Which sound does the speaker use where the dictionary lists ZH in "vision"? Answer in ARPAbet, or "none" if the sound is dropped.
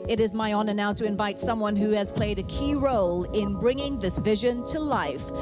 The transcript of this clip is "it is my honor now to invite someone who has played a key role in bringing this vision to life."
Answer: ZH